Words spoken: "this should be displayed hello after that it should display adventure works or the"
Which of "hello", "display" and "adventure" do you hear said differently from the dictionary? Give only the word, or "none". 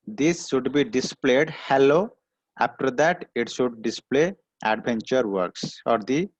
adventure